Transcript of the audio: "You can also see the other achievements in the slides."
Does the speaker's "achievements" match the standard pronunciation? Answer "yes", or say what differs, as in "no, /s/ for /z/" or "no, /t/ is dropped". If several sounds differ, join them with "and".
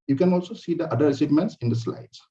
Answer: no, /s/ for /tʃ/ and /v/ is dropped